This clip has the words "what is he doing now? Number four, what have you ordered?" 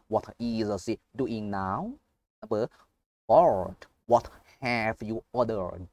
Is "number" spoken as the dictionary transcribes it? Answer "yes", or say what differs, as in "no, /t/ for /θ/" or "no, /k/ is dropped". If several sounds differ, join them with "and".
no, /m/ is dropped